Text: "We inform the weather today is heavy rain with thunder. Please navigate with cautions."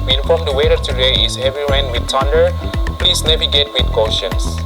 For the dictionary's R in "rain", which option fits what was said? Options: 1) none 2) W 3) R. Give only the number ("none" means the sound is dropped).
2